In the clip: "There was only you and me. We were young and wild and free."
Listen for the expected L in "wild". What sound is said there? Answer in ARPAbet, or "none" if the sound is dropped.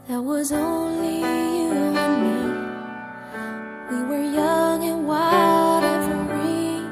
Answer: none